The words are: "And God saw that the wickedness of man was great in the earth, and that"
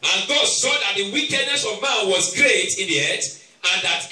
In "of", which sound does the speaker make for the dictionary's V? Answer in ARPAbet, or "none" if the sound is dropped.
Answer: V